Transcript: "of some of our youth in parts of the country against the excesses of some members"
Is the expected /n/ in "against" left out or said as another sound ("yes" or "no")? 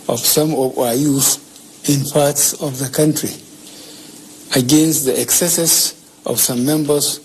no